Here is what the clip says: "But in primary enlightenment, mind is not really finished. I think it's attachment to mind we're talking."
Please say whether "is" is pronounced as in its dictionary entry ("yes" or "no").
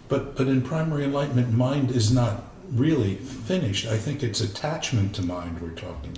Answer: yes